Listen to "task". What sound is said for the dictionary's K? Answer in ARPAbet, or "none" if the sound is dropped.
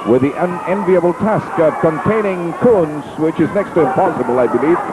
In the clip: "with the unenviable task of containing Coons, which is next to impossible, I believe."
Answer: K